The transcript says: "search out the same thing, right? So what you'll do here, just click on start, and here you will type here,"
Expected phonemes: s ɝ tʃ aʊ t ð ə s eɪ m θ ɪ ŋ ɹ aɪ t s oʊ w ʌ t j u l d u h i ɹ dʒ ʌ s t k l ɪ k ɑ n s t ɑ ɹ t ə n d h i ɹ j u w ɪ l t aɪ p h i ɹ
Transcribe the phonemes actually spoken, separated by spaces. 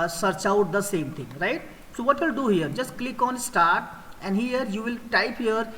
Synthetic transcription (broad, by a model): s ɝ tʃ aʊ t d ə s eɪ m t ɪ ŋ ɹ aɪ t s oʊ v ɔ t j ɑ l d u h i ɹ dʒ ʌ s t k l ɪ k ɑ n s t ɑ ɹ t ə n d h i ɹ j u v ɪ l t aɪ p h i ɹ